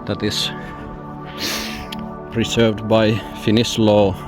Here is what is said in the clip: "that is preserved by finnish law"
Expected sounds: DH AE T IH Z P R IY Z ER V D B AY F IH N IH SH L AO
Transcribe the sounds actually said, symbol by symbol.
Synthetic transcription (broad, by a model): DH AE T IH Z P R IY S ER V D B AY F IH N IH S L AO